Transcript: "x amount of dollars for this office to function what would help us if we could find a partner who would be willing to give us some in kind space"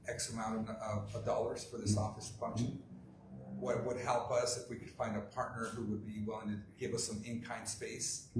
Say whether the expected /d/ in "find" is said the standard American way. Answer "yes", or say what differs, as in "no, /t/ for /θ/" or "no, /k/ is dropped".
yes